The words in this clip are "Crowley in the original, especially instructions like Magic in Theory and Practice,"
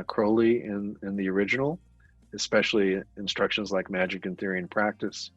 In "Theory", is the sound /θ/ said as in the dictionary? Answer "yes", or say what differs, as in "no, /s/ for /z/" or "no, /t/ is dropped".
yes